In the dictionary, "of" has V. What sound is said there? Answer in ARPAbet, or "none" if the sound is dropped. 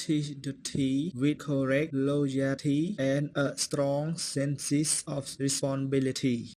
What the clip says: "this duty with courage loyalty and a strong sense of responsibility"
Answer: F